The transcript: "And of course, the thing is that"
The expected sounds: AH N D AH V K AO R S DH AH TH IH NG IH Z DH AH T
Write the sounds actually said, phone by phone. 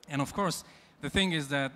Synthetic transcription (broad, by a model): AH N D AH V K AO R S DH AH TH IH NG IH Z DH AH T